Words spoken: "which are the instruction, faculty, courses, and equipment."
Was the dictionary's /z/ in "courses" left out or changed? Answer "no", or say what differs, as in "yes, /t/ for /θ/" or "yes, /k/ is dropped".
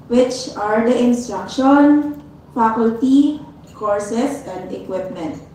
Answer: yes, /s/ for /z/